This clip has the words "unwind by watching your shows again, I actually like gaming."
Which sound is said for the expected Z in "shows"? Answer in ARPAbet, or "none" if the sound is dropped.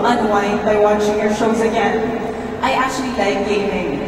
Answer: Z